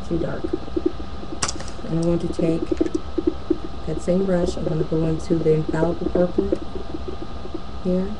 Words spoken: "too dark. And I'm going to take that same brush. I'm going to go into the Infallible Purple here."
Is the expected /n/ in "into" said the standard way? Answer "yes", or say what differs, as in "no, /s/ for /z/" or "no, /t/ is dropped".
yes